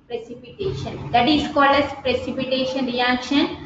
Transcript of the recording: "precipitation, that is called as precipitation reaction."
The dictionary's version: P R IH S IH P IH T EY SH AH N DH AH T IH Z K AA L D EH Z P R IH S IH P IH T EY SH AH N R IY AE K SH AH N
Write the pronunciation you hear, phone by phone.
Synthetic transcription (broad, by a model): P R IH S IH P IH T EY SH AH N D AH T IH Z K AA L EH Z P R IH S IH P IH T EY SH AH N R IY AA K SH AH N